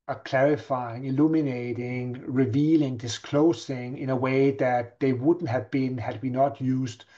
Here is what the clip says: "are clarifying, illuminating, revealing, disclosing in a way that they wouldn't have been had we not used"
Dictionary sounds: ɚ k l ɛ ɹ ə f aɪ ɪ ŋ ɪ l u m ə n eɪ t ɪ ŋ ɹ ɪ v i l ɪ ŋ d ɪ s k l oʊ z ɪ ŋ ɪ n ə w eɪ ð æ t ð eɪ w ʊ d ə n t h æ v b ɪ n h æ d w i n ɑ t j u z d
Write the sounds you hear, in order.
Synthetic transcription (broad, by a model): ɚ k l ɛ ɹ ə f aɪ ɪ ŋ ɪ l u m ə n eɪ t ɪ ŋ ɹ ɪ v i l ɪ ŋ d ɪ s k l oʊ s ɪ ŋ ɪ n ə w eɪ ð æ t ð eɪ w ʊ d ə n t h æ v b ɪ n h æ d w i n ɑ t j u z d